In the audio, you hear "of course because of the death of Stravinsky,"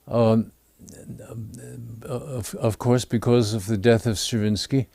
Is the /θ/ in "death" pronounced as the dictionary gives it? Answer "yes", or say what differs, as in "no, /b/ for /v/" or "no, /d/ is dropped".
yes